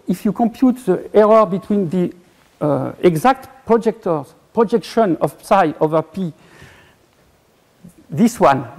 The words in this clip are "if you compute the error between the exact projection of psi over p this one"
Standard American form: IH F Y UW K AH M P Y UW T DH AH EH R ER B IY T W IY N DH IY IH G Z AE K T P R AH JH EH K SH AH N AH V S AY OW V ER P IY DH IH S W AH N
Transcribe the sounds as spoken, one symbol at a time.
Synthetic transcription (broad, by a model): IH F Y UW K AH M P Y UW T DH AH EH R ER B IY T W IY N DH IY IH G Z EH K T P R AH JH EH K SH AH N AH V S AY OW V ER P IY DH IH S W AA N